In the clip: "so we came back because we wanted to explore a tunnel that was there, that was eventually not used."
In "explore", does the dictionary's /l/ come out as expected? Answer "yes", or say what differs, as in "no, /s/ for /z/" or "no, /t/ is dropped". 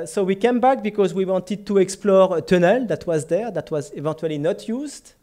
yes